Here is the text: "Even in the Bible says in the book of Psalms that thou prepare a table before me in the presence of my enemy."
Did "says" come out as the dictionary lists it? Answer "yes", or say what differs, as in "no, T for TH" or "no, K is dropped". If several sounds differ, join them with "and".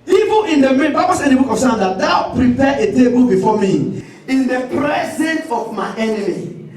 no, Z is dropped